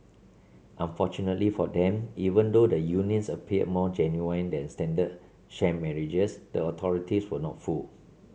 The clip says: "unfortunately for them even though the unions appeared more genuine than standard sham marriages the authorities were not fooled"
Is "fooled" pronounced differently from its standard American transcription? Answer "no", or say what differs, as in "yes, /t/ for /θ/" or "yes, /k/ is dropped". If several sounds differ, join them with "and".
yes, /d/ is dropped